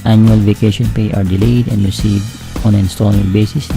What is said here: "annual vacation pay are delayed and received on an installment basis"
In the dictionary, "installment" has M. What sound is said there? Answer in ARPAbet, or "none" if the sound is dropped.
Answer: none